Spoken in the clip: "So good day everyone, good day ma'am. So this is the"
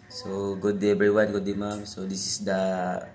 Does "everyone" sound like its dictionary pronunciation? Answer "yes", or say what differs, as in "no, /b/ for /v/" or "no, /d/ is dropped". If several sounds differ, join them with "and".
no, /v/ is dropped